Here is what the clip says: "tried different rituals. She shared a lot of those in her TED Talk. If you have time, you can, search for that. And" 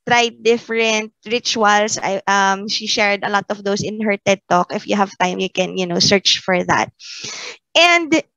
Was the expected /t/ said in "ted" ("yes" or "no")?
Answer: yes